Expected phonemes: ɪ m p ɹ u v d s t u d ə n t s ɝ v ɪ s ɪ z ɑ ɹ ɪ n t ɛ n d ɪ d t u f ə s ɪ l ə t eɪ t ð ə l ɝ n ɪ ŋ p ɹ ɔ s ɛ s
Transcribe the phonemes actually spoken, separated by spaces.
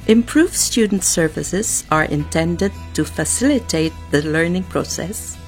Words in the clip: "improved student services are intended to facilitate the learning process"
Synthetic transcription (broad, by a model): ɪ m p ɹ u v s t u d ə n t s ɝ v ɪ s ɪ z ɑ ɹ ɪ n t ɛ n d ɪ d t u f ə s ɪ l ə t eɪ t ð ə l ɝ n ɪ ŋ p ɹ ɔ s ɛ s